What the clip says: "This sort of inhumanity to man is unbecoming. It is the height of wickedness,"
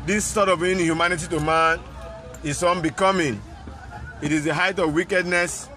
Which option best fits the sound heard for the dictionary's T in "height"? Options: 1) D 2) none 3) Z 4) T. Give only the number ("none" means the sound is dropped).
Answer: 4